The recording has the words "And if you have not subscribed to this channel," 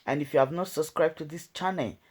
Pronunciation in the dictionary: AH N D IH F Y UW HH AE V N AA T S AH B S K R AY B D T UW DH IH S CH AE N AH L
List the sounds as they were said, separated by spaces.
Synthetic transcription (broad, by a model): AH N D IH F Y UW HH AE V N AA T S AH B S K R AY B T UW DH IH S CH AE N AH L